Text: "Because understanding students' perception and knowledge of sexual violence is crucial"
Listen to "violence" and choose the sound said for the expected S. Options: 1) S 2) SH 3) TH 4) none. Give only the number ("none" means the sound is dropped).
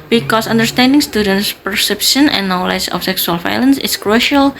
1